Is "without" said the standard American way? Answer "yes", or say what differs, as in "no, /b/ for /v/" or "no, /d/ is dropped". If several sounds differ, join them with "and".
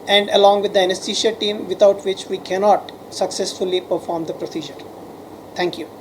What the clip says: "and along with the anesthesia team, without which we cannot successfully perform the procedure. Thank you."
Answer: no, /t/ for /θ/